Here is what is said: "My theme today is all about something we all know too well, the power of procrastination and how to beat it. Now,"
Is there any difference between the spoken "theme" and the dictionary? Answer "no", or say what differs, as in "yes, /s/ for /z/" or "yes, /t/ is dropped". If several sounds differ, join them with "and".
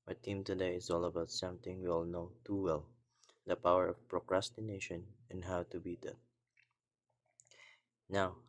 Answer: yes, /t/ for /θ/